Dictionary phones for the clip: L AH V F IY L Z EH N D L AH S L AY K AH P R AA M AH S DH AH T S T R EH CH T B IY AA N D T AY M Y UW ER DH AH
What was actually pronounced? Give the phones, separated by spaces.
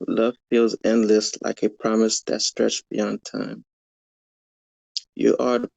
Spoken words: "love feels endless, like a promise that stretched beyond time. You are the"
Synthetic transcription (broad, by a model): L AH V F IY L Z EH N D L AH S L AY K AH P R AA M AH S DH AH T S T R EH CH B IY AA N T AY M Y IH ER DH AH